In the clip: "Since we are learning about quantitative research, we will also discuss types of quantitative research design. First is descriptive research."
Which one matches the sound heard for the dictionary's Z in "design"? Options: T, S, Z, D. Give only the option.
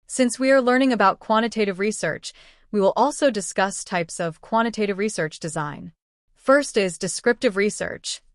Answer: Z